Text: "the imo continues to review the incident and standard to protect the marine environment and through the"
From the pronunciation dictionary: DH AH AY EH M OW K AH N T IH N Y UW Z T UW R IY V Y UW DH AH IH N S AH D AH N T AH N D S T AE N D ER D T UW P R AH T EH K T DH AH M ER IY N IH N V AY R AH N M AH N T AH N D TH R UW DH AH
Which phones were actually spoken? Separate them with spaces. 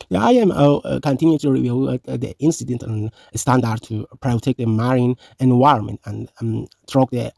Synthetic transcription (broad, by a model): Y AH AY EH M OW K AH N T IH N Y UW T UW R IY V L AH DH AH IH N S AH D AH N T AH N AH S T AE N D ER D T UW P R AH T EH K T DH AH M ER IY N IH N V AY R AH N M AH N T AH N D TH R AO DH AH